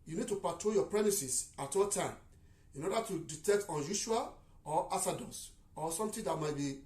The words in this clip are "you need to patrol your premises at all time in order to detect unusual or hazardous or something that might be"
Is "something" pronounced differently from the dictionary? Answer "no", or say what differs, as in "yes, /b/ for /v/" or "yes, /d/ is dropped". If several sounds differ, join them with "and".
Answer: yes, /t/ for /θ/